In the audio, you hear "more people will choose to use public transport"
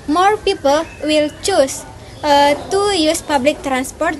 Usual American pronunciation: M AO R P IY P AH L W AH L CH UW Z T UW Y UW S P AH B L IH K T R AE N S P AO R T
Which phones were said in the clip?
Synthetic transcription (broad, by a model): M AO R P IY P AH L W AH L CH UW S T UW Y UW S P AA B L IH K T R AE N S P AO R T